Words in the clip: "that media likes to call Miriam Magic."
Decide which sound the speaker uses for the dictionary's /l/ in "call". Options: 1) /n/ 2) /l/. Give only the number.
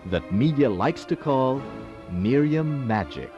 2